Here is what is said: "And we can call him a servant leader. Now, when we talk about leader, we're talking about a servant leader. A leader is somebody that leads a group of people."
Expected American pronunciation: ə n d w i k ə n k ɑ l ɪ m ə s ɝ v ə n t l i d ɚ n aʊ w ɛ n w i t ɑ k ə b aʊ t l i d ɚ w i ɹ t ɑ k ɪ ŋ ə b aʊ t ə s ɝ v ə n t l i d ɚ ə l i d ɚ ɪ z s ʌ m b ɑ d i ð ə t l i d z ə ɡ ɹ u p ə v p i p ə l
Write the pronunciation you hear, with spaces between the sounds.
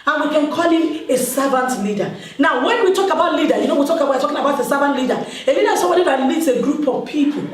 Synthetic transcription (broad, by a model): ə n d w i k ə n k ɑ l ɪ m ə s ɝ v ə n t l i d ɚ n aʊ w ɛ n w i t ɑ k ə b aʊ t l i d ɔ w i w t ɑ k ɪ ŋ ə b aʊ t ə s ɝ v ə n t l i d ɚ ə l i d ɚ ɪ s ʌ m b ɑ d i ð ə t l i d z ə ɡ ɹ u p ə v p i p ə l